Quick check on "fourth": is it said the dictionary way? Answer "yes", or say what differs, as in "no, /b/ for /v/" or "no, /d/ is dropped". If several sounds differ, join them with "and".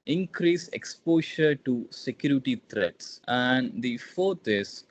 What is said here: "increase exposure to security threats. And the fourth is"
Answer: no, /t/ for /θ/